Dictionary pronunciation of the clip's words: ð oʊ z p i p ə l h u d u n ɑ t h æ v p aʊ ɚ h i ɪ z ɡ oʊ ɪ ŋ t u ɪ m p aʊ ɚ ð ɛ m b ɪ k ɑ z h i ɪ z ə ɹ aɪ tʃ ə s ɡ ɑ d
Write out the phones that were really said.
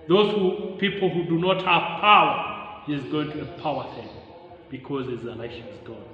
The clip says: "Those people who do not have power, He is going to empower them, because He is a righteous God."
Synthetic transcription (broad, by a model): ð oʊ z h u p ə l h u d u n ɑ t h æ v p aʊ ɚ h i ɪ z ɡ oʊ ɪ ŋ t u ɪ m p aʊ ɚ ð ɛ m b ɪ k ɑ z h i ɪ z ə l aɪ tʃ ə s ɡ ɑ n